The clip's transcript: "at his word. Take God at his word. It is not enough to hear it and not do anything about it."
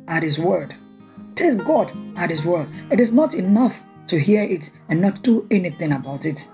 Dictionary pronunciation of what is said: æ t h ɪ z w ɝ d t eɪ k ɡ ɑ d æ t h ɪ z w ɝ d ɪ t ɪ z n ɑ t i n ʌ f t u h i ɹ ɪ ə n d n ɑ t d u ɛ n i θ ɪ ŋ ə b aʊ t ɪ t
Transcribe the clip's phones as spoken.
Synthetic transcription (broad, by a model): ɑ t h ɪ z w ɝ d t eɪ k ɡ ɑ d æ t h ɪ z w ɝ d ɪ t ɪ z n ɑ t i n ʌ f t u h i ɪ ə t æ n ɑ t d u ɛ n i θ ɪ ŋ ə b aʊ t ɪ t